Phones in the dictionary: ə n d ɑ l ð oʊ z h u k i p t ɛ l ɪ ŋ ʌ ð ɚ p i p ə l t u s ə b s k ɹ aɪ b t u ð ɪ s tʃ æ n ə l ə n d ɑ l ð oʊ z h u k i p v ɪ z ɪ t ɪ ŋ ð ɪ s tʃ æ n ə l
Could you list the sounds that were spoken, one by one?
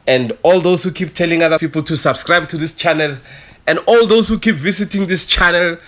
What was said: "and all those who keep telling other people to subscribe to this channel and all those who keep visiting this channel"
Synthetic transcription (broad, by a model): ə n d ɑ l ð oʊ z h u k i p t ɛ l ɪ ŋ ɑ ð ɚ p i p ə l t u s ə b s k ɹ aɪ b t u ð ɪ s tʃ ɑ n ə l ə n d ɑ l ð oʊ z h u k i p v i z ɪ t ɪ ŋ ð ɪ s tʃ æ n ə l